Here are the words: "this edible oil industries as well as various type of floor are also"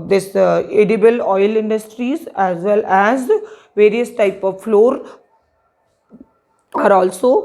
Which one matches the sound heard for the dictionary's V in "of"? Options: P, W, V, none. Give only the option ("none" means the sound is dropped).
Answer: V